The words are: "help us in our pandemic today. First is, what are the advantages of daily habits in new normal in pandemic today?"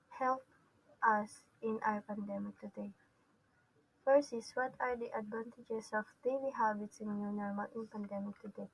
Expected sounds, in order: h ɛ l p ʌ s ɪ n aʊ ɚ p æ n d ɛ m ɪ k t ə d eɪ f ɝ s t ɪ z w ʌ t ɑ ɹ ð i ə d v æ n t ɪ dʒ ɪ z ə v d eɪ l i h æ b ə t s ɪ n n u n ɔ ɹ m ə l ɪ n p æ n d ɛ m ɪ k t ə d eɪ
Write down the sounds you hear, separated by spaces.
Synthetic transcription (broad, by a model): h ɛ l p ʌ s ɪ n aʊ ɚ p æ n d ɛ m ɪ k t ə d eɪ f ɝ s ɪ s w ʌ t ɑ ɹ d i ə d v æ n t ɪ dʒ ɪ s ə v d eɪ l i h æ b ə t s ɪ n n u n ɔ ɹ m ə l ɪ n p æ n d ɛ m ɪ k t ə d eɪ